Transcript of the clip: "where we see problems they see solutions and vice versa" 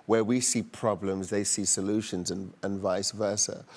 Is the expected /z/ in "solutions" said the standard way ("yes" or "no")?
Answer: yes